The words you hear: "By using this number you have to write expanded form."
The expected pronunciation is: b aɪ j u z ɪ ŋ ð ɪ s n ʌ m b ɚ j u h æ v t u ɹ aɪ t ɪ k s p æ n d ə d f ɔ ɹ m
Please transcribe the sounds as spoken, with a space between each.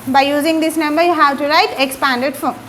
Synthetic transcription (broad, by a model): b aɪ j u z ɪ ŋ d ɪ s n ʌ m b ɚ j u h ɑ w t u ɹ aɪ t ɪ k s p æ n d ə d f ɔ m